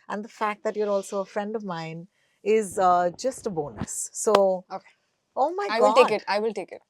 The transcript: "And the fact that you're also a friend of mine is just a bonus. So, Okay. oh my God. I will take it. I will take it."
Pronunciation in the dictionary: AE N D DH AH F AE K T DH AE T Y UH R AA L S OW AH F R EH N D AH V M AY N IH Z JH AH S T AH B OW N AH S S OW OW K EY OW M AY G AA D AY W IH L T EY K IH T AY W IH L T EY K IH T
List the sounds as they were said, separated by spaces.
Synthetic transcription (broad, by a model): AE N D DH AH F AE K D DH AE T Y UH R AA L S OW AH F R EH N D AH V M AY N IH Z JH AH S T AH B OW N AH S S OW OW K EY OW M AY AA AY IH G T EY K IH T AY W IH L T EY K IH T